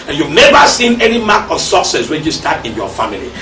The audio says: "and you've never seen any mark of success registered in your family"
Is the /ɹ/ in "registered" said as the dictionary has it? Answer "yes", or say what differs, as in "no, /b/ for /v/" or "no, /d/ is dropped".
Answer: no, /w/ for /ɹ/